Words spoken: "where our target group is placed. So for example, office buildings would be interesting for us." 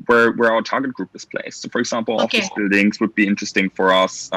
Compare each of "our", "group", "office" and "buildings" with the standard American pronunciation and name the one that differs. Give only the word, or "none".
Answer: office